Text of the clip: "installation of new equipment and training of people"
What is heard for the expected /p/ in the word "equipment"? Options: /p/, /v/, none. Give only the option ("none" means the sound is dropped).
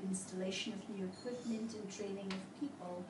/p/